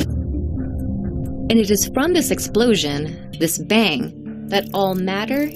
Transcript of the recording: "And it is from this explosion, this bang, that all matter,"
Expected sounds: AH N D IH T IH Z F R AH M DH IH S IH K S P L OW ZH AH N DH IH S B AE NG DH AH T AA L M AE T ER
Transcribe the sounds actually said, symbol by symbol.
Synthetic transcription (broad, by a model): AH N IH T IH Z F R AH M DH IH S IH K S P L OW ZH AH N DH IH S B AE NG DH AH T AA L M AE T ER